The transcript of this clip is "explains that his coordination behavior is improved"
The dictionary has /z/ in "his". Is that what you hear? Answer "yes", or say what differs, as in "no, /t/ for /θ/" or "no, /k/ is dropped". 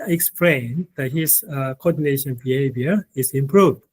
no, /s/ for /z/